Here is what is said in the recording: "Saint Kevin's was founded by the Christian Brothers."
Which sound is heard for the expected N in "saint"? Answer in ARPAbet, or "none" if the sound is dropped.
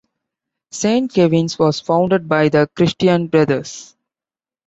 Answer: N